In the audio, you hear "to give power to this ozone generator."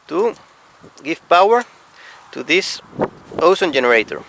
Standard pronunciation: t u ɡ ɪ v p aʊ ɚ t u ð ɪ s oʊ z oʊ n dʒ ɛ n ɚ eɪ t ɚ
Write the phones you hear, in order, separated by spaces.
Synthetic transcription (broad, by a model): t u ɡ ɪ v p aʊ ɚ t u ð ɪ s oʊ s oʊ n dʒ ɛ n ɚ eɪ t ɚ